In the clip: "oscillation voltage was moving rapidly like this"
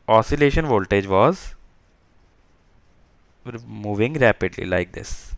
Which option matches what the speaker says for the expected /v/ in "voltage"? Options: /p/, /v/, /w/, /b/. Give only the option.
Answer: /v/